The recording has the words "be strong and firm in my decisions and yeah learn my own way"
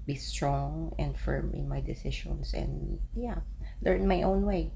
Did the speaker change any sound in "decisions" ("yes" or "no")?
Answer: yes